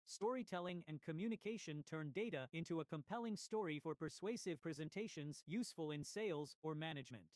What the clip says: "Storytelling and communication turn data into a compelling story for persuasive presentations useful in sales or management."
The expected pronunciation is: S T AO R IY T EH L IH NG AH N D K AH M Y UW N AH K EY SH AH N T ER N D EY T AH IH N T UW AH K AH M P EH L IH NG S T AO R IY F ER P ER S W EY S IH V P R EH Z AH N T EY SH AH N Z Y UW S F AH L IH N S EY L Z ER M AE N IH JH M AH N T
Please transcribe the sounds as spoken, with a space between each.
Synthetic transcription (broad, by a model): S T AO R IY T EH L IH NG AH N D K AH M Y UW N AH K EY SH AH N T ER N D EY T AH IH N T UW AH K AH M P EH L IH NG S T AO R IY F ER P ER S W EY S IH V P R EH Z AH N T EY SH AH N Z Y UW S F AH L IH N S EY L Z ER M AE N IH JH M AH N T